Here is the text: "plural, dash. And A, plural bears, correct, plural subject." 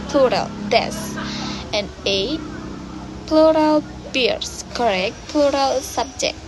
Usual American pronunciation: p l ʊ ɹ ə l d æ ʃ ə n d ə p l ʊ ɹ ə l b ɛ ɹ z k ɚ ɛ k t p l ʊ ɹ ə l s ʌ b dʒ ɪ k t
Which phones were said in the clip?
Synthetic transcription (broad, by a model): p l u ɹ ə l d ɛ s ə n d ə p l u ɹ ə l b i ɹ s k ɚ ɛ k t p l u ɹ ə l s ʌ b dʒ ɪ k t